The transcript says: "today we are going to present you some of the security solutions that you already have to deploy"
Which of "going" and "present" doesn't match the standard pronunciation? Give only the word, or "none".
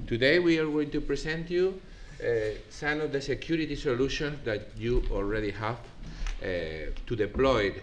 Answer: present